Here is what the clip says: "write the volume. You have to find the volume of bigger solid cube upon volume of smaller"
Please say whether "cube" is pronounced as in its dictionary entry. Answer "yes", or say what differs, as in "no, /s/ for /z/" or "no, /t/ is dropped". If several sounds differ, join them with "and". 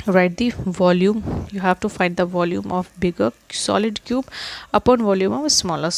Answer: yes